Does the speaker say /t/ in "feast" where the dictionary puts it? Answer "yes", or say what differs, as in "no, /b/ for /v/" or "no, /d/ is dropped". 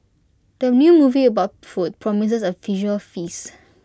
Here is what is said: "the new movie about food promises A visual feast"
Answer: no, /t/ is dropped